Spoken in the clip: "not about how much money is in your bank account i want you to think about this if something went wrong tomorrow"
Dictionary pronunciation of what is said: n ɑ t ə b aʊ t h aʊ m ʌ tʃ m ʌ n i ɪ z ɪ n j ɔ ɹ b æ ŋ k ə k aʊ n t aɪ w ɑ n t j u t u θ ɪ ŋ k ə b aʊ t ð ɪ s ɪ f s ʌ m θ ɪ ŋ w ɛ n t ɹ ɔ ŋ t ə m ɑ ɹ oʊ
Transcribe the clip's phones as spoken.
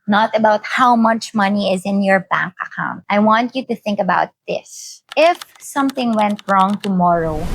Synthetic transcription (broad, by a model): n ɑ t ə b aʊ t h aʊ m ʌ tʃ m ʌ n i ɪ z ɪ n j ɔ ɹ b æ ŋ k ə k aʊ n t aɪ w ɑ n t j u t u θ ɪ ŋ k ə b aʊ t ð ɪ s ɪ f s ʌ m θ ɪ ŋ w ɛ n t ɹ ɔ ŋ t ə m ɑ ɹ oʊ